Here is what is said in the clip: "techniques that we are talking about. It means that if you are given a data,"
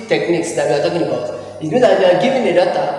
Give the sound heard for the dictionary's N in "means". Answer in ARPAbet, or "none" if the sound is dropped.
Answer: none